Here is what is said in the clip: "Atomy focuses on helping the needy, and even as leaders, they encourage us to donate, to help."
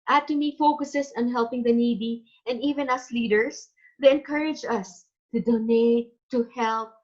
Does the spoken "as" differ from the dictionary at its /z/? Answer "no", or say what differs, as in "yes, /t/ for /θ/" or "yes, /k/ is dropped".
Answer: yes, /s/ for /z/